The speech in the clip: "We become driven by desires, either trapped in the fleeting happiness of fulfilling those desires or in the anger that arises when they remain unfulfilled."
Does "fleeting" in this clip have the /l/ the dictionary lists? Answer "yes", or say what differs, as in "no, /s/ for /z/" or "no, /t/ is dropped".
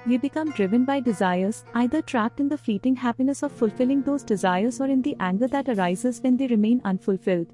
yes